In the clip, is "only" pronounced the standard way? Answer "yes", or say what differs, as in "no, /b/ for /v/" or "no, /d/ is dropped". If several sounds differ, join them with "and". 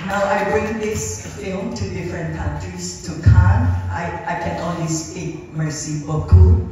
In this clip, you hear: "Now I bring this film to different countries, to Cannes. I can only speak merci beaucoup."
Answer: no, /w/ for /l/